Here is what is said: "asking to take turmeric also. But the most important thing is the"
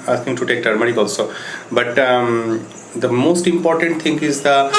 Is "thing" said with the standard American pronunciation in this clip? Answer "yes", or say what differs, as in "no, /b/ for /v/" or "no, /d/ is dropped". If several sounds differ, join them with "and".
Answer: no, /t/ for /θ/